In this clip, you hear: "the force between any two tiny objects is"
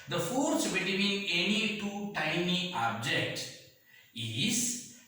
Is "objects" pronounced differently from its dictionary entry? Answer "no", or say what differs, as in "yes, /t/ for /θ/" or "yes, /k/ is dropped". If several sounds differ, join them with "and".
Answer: yes, /s/ is dropped